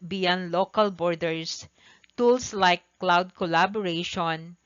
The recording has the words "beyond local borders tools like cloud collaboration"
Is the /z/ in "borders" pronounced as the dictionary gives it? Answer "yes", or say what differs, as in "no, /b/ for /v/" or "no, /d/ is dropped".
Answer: no, /s/ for /z/